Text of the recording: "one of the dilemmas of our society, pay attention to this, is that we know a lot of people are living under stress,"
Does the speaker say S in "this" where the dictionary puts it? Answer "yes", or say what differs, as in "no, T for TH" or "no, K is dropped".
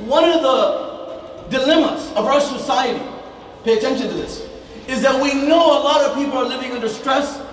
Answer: yes